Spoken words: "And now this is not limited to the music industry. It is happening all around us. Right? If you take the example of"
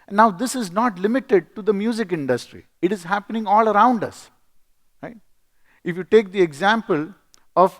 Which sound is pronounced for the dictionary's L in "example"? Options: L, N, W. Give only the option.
L